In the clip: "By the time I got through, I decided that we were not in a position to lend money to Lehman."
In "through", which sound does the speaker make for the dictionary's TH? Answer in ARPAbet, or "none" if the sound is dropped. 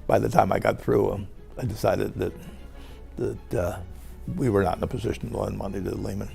TH